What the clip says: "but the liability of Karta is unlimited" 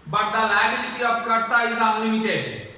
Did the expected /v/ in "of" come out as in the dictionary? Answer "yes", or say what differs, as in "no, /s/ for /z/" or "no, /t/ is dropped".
no, /p/ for /v/